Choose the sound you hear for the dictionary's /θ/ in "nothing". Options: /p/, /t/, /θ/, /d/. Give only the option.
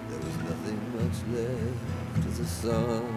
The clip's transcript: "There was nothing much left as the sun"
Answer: /θ/